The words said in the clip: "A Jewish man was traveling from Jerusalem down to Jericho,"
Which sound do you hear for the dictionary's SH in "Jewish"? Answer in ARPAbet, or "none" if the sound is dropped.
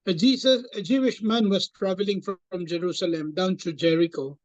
SH